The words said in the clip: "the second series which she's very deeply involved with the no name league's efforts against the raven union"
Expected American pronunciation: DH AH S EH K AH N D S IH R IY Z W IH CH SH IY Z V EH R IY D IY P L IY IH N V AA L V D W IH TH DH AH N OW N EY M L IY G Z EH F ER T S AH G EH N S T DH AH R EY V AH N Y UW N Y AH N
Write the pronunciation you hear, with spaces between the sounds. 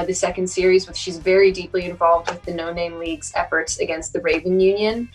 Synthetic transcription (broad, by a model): DH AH S EH K AH N D S IH R IY Z W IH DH SH IY Z V EH R IY D IY P L IY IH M V AA L V D W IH DH AH N OW N EY M L IY G Z EH F ER T S AH G EH N S T DH AH R EY V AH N Y UW N Y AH N